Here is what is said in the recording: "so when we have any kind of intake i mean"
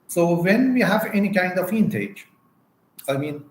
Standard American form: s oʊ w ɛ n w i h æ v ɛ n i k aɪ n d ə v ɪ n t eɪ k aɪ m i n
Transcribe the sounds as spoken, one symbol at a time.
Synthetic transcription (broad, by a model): s oʊ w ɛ n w i h æ v ɛ n i k aɪ n d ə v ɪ n t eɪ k aɪ m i n